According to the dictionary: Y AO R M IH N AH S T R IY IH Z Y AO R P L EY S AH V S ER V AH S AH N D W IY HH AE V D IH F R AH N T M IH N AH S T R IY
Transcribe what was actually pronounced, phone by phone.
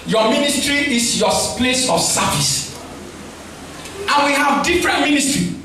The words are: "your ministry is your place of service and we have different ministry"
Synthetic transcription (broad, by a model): Y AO M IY N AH S T R IY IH S Y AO P L EY S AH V S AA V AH S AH N W IY HH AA V D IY F R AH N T M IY N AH S T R IY